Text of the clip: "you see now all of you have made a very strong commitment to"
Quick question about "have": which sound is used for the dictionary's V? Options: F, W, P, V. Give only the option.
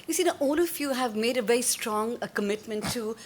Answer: V